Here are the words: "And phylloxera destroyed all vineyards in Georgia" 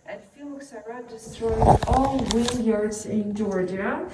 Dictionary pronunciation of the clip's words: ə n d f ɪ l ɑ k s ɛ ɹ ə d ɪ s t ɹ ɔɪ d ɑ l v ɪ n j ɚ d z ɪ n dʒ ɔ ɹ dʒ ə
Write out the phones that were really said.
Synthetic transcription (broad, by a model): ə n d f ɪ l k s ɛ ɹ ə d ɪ s t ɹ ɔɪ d ɑ l w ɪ l j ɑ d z ɪ n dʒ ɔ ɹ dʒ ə